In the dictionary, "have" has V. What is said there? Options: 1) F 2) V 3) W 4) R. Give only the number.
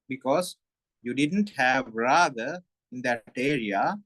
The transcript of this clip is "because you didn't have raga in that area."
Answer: 2